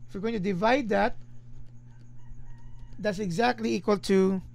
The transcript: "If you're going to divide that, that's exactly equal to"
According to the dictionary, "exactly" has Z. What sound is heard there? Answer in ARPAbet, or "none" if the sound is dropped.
Z